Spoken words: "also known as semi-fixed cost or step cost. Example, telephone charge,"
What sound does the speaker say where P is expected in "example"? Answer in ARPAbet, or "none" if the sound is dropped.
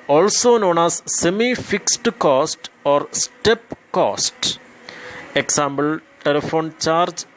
B